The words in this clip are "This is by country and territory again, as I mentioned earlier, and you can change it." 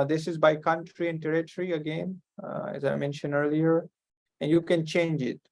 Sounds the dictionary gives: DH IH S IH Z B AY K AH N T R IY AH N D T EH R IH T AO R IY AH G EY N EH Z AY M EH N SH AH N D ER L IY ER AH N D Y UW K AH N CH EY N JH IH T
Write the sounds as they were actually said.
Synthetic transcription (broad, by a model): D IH S IH Z B AY K AH N T R IY AH N D T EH R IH T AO R IY AH G EY N EH Z AY M EH N SH AH N D ER L IY ER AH N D Y UW K AH N CH EY N JH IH T